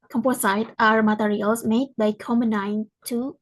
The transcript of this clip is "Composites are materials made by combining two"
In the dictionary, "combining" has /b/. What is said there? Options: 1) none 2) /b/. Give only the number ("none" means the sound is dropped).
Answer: 1